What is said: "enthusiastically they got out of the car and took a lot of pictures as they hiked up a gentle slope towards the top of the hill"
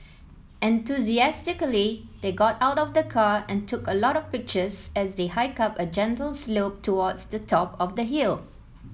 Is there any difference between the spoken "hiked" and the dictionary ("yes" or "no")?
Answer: yes